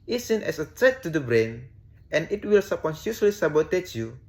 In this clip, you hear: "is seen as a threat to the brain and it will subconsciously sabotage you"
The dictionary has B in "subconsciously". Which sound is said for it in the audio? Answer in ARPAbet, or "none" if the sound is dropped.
none